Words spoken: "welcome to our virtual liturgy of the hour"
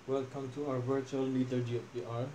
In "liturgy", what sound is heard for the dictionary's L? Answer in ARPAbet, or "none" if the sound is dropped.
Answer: N